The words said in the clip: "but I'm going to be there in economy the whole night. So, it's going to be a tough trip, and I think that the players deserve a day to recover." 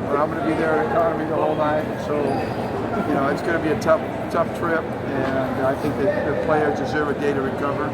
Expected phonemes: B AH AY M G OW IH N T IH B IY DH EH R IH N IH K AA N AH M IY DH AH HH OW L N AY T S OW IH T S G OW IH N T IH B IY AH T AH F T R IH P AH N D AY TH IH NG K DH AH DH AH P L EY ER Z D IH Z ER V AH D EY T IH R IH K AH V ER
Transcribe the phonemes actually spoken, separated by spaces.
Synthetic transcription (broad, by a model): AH AY M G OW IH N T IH B IY DH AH R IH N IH K AA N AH M IY DH AH HH OW L N AY T S OW IH T S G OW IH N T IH B IY AH T AH F T R IH P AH N AY TH IH NG K DH AH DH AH P L EY ER Z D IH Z ER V AH D EY T IH R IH K AH V ER